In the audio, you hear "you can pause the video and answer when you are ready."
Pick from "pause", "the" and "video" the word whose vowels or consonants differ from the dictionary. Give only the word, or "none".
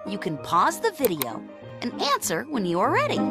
none